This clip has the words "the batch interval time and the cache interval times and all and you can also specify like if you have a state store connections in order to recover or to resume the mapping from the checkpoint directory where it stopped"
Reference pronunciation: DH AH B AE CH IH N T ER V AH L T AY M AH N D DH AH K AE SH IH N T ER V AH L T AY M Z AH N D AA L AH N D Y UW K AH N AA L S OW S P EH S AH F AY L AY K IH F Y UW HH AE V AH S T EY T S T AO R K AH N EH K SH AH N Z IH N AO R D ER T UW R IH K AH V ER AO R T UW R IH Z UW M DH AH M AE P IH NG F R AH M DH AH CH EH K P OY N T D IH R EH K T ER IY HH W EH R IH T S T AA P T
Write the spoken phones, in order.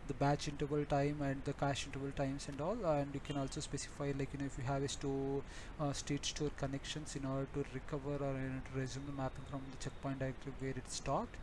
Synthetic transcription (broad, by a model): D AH B AE CH IH N T ER V AH L T AY M AH N D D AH K AE SH IH N T ER V AH L T AY M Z AH N D AA L AH N D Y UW K AH N AA L S OW S P EH S AH F AY L AY K IH F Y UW HH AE V AH S T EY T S T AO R K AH N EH K SH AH N S IH N AO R D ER T UW R IH K AH V ER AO R T UW R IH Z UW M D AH M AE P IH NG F R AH M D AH CH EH K P OY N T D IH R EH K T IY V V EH R IH T S T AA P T